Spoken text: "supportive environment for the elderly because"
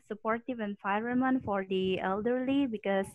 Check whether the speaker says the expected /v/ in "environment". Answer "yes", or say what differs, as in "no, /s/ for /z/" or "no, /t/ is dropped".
no, /f/ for /v/